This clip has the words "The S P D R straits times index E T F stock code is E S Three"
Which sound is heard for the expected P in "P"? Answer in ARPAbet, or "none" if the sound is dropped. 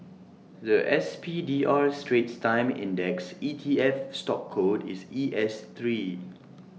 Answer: P